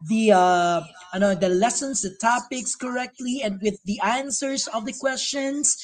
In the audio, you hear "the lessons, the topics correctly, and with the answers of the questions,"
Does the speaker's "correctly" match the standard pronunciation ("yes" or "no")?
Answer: yes